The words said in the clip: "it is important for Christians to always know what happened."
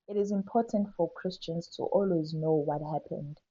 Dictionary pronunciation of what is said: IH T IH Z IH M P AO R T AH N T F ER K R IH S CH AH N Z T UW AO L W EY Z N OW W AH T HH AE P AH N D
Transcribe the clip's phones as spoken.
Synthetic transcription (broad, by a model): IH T IH Z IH M P AO T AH N T F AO K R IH S CH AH N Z T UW AO L W EY Z N OW W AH T HH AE P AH N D